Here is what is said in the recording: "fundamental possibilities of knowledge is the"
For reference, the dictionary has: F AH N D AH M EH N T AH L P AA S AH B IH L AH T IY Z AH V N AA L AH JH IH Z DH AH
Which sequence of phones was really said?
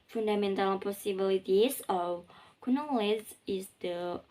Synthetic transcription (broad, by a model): F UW N D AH M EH N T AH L P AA S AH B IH L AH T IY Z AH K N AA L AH Z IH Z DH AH